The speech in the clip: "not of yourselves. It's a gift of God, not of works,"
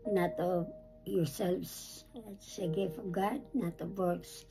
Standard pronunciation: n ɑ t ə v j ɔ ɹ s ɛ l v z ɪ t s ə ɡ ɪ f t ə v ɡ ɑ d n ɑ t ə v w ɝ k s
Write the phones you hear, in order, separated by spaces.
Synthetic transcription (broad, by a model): n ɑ t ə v j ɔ ɹ s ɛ l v s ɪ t s ə ɡ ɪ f ə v ɡ ɑ d n ɑ t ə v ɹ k s